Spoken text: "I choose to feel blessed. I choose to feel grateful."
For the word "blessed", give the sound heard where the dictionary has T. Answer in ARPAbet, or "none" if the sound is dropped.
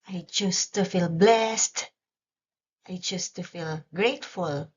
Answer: T